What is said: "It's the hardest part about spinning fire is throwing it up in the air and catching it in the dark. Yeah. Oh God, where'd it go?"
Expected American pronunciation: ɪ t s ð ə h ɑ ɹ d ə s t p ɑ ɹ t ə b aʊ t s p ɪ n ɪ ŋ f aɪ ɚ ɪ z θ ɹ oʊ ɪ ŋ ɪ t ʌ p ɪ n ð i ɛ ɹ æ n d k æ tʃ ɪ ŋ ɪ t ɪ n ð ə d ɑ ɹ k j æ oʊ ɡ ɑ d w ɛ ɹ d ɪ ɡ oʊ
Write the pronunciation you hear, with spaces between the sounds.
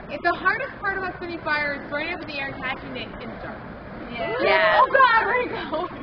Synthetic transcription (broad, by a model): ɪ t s ð ə h ɑ ɹ d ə s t p ɑ ɹ t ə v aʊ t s ɪ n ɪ f aɪ ɚ ɪ z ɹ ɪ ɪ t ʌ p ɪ ð i ɛ ɹ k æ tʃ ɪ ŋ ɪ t ɪ n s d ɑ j j æ oʊ ɡ ɑ d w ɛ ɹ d ɪ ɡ oʊ